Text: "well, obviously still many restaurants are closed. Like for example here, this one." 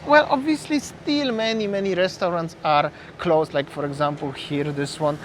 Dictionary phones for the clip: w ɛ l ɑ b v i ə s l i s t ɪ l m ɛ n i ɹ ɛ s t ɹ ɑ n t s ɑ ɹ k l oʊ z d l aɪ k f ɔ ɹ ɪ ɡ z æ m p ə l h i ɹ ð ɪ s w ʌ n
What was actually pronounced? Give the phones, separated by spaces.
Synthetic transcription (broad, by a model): w ɛ l ɑ b v i ə s l i s t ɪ l m ɛ n i ɹ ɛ s t ɹ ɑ n t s ɑ ɹ k l oʊ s l aɪ k f ɔ ɹ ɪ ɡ z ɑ m p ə l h i ɹ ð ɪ s w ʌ n